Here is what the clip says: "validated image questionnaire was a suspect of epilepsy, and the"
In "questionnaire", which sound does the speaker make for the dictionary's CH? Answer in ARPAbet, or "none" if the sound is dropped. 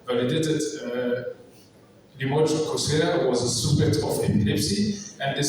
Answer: none